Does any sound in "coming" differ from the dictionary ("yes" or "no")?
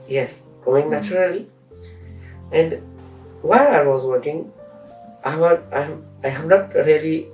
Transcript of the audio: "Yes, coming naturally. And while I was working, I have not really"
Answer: yes